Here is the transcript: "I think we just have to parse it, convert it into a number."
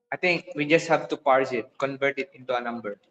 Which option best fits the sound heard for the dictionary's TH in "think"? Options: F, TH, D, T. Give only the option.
T